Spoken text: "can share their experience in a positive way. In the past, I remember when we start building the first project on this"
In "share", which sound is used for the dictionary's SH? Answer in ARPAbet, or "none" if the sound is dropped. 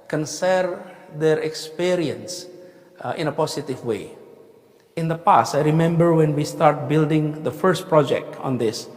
S